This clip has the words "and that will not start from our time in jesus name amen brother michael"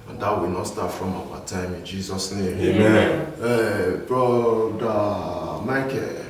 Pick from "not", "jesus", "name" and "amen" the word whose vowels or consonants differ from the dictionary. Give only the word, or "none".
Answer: amen